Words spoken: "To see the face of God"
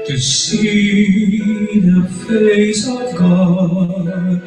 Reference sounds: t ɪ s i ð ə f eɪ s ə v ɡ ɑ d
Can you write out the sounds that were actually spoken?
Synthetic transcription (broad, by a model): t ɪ s i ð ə p eɪ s ə v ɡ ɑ